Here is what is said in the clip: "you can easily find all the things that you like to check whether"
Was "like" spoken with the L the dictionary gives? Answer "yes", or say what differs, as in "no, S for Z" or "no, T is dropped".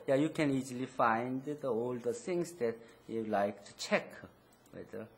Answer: yes